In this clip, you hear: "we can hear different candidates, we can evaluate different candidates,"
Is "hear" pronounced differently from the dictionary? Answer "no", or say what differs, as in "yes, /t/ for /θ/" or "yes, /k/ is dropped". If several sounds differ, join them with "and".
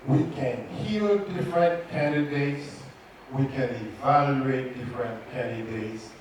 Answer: yes, /l/ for /ɹ/